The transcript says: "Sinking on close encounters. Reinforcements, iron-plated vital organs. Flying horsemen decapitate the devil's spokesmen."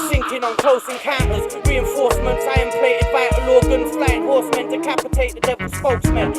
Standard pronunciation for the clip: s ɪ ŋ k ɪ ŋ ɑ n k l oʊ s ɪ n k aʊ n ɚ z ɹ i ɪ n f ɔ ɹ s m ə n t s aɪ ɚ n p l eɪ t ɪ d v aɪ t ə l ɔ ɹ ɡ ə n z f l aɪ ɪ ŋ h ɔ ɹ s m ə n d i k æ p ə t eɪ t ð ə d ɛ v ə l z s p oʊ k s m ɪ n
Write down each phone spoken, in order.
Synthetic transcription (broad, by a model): s ɪ ŋ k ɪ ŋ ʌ n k oʊ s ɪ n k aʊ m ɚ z ɹ i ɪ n f ɔ ɹ s m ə n t s aɪ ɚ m p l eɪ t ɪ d b aɪ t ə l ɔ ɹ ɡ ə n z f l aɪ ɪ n h ɔ ɹ s m ə n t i k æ p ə t eɪ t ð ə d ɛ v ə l s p oʊ k s m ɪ n